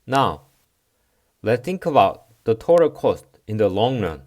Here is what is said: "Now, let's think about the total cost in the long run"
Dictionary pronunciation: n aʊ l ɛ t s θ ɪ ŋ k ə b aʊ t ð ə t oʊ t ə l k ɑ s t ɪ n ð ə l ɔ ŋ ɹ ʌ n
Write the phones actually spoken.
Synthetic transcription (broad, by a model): n aʊ l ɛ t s θ ɪ ŋ k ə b aʊ t ð ə t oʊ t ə k ɑ s t ɪ n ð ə l ɔ ŋ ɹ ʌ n